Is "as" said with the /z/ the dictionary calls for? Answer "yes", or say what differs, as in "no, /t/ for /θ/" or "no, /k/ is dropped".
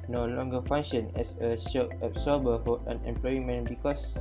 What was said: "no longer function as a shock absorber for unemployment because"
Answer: no, /s/ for /z/